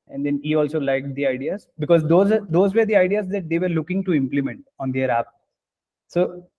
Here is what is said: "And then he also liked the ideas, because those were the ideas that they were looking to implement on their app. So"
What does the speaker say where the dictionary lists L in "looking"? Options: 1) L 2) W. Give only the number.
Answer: 1